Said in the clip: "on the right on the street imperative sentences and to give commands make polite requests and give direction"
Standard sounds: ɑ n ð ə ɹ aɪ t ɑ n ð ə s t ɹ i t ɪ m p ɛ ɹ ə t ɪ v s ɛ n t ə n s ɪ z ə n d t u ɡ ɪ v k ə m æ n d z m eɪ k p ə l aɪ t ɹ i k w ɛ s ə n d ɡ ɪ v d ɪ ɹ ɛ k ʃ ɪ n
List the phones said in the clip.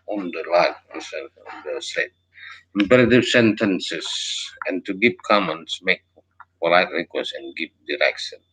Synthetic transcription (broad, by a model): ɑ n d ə l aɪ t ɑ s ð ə s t ɛ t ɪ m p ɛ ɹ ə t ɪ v s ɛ n t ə n s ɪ s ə n t u ɡ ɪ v k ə m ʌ n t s m eɪ k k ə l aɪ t ɹ i k w ɛ s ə n ɡ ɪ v d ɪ ɹ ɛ k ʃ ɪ n